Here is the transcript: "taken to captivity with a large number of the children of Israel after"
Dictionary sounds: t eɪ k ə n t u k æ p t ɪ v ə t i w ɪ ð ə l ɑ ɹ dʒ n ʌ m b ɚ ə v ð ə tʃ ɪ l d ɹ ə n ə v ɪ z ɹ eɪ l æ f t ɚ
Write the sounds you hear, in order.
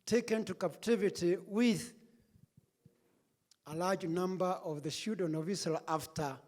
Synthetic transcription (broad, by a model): t eɪ k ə n t u k æ p t ɪ v ə t i w ɪ ð ə l ɑ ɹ dʒ n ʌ m b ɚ ə v ð ə ʃ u d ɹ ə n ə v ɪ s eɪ l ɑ f t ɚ